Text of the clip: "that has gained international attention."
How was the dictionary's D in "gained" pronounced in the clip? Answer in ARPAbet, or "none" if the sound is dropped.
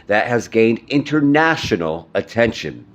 D